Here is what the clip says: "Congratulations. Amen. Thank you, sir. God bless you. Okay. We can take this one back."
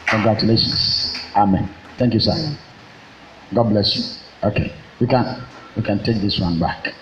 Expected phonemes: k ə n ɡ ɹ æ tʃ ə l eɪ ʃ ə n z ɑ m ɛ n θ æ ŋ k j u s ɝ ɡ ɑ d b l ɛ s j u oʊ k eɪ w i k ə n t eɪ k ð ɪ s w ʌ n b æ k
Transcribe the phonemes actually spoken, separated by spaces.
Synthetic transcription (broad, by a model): k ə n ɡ ɹ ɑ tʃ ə l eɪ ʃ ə n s ɑ m ɛ n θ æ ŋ k j u s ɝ ɡ ɑ d b l ɛ s j u oʊ k eɪ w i k ə n t eɪ k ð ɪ s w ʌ n b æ k